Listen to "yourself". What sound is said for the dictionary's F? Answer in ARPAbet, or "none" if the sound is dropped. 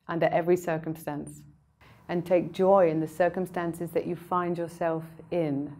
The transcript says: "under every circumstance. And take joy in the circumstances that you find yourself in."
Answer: F